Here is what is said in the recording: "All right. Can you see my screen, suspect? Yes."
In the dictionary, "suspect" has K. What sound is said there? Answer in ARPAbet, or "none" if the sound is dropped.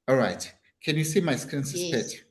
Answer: none